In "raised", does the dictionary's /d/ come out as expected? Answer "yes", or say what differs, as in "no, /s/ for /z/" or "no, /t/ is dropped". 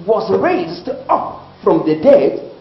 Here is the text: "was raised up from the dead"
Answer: yes